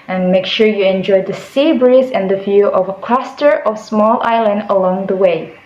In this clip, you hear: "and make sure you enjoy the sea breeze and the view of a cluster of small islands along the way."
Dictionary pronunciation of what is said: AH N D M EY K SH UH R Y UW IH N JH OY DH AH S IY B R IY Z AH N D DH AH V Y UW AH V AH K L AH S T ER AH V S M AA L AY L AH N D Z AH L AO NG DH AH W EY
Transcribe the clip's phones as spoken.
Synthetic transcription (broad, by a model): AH N M EY K SH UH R Y UW IH N JH OY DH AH S IY B R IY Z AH N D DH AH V Y UW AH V AH K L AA S T ER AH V S M AA L AY L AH N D AH L AO NG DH AH W EY